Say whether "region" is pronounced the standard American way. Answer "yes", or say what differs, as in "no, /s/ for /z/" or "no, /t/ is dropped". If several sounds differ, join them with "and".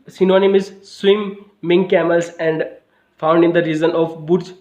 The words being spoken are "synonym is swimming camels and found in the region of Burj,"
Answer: no, /z/ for /dʒ/